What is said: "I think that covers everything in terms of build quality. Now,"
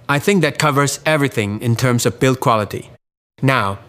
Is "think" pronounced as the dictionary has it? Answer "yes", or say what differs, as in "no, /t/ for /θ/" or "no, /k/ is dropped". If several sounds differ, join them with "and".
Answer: yes